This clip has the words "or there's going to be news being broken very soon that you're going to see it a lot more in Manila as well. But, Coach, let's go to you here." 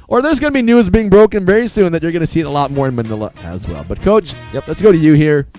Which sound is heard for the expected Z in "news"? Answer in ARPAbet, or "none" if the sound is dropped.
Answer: Z